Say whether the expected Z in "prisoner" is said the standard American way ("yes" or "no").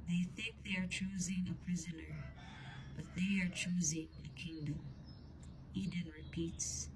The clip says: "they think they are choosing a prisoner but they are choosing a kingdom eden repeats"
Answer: yes